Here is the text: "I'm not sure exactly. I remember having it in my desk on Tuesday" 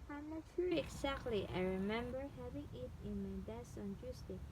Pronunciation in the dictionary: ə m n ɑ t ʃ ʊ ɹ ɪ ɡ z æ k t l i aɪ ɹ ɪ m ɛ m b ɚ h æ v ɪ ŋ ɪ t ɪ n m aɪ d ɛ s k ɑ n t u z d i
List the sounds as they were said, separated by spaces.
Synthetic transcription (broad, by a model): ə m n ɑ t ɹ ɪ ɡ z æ k t l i aɪ ɹ ɪ m ɛ m b ɚ h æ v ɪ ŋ ɪ t ɪ n m aɪ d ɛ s ɑ n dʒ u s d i